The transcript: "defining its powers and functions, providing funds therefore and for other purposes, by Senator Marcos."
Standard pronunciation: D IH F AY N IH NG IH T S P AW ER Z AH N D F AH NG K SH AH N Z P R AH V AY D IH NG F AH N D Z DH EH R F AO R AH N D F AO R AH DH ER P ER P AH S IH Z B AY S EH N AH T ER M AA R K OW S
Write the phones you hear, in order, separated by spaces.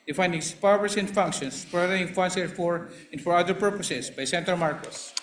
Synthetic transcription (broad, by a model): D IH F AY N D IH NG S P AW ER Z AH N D F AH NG K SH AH N S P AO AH AY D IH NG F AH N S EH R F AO R AH N D F AO R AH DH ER P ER P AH S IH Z B AY S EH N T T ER M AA R K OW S